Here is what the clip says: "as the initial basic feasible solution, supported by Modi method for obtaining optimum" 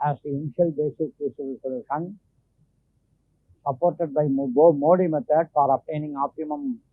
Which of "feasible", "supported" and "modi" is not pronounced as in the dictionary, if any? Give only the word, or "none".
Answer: feasible